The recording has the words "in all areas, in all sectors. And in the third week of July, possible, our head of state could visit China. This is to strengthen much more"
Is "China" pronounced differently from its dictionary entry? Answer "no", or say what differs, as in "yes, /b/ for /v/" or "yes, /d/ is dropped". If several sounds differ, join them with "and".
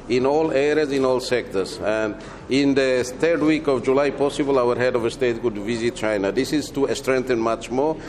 no